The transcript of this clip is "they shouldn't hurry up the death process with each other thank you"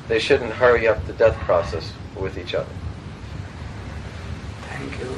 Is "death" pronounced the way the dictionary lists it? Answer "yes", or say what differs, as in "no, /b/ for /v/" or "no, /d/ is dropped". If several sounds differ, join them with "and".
yes